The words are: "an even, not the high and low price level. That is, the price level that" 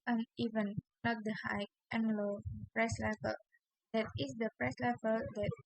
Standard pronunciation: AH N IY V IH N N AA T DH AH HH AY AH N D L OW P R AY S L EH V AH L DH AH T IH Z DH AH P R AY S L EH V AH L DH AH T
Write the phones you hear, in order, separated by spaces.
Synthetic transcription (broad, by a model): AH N IY V IH N L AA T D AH HH AY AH N L OW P R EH S L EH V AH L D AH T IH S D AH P R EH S L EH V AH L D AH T